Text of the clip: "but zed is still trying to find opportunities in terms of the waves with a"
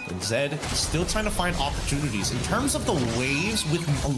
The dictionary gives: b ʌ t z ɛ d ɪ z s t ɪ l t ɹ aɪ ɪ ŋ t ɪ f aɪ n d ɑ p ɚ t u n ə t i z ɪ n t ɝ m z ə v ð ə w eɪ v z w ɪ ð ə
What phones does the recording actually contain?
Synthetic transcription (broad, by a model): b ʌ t z ɛ d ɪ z s t ɪ l t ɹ aɪ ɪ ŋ t ɪ f aɪ n d ɑ p ɚ t u n ə t i z ɪ n t ɝ m z ə v ð ə w eɪ v z w ɪ ð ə